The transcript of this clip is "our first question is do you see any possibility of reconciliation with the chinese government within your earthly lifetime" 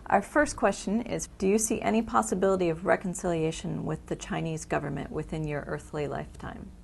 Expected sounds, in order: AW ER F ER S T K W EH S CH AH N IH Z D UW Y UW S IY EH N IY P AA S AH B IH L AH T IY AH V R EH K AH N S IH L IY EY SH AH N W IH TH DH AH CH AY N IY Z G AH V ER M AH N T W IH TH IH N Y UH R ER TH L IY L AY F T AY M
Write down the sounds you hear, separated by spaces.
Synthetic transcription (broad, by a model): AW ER F ER S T K W EH S CH AH N IH Z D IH Y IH S IY EH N IY P AA S AH B IH L AH T IY AH V R EH K N S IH L IY EY SH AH N W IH DH AH CH AY N IY Z G AH V ER M AH N T W IH TH IH N Y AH R ER TH L IY L AY F T AY M